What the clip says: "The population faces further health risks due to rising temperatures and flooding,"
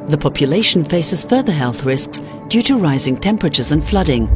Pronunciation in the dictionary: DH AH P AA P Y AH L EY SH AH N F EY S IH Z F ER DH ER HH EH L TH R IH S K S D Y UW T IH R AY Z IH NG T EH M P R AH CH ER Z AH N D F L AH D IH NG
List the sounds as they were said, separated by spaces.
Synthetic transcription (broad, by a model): DH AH P AA P Y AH L EY SH N F EY S IH Z F ER DH ER HH EH L TH R IH S K S D Y UW T IH R AY Z IH NG T EH M P R AH CH ER Z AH N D F L AH D IH NG